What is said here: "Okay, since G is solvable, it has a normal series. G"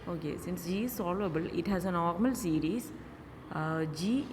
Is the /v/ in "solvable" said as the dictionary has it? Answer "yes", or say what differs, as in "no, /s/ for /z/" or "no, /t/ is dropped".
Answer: no, /v/ is dropped